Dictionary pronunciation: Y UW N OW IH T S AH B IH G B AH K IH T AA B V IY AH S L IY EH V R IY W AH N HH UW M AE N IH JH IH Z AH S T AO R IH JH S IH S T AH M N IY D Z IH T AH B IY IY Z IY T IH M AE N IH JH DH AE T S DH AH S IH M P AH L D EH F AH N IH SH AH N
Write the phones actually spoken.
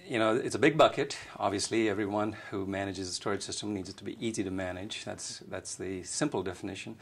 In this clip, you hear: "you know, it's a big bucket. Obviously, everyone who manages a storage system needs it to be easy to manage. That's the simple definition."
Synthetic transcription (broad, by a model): Y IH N OW IH T S AH B IH G B AH K IH T AA B V IY AH S L IY EH V R IY W AH N HH UW M AE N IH JH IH Z AH S T AO R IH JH S IH S T AH M N IY D Z IH T AH B IY IY Z IY T IH M AE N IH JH DH AE T S DH AH S IH M P L D EH F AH N IH SH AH N